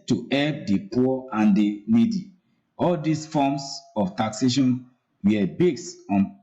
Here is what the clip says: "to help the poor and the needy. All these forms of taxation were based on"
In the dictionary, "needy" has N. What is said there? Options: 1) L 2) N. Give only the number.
2